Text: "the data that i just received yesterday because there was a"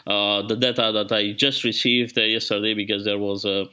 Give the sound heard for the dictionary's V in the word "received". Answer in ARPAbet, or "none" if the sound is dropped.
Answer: V